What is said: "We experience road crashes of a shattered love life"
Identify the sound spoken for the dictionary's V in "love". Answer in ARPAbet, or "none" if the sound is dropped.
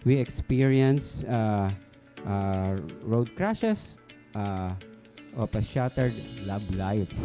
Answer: B